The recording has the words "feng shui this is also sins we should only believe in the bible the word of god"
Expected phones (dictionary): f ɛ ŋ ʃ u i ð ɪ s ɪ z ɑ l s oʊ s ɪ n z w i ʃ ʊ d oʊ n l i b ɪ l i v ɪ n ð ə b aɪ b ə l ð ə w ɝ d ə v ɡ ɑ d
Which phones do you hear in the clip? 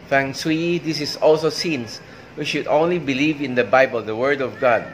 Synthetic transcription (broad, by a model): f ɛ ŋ s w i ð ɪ s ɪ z ɑ l s oʊ s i n s w i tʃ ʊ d oʊ n l i b ɪ l i v ɪ n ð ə b aɪ b ə l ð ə w ɝ d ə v ɡ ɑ d